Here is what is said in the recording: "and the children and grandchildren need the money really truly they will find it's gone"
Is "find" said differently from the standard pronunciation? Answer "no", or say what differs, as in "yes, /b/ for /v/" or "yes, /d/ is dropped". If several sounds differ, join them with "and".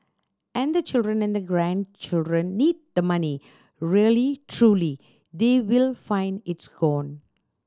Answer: no